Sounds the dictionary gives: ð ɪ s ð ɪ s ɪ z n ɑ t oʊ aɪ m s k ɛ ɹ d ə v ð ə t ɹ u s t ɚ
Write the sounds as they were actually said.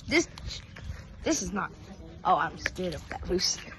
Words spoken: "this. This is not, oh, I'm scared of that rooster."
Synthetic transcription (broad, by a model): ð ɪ s ð ɪ s ɪ z n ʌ t oʊ aɪ m s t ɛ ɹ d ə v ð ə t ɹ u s